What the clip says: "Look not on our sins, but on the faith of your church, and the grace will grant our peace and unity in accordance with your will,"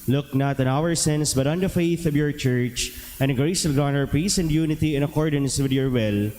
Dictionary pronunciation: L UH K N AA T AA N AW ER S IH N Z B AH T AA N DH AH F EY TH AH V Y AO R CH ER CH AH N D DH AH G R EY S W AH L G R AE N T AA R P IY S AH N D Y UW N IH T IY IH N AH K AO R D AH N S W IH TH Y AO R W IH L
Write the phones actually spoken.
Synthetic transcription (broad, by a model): L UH K N AA T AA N AW ER S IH N S B AH T AA N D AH F EY TH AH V Y AO R CH ER CH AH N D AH G R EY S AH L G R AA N AA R P IY S AH N D Y UW N IH T IY IH N AH K AO R D AH N S W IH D Y AO R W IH L